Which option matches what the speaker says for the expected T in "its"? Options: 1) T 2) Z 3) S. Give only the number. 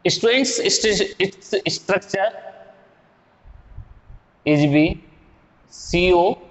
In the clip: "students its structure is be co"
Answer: 3